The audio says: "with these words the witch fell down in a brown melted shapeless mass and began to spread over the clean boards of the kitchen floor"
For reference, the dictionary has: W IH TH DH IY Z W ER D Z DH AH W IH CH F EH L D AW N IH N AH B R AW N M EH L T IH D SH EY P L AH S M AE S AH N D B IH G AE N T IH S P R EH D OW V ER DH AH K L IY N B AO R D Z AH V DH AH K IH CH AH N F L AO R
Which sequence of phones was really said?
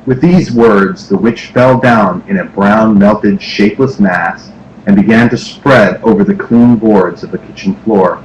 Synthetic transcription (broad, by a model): W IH DH IY Z W ER D Z DH AH W IH CH F EH L D AW N IH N AH B R AW N M EH L T IH D SH EY P L AH S M AE S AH N B IH G AE N T IH S P R EH D OW V ER DH AH K L IY N B AO R D Z AH V DH AH K IH CH N F L AO R